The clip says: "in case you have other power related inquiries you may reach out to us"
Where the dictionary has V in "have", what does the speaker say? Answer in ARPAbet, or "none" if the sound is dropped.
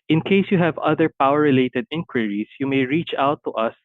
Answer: V